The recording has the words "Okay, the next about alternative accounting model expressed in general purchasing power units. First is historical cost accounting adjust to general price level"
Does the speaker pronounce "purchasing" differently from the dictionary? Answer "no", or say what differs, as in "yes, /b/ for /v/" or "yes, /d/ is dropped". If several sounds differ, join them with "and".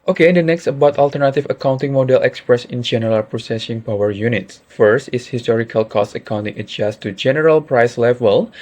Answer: yes, /s/ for /tʃ/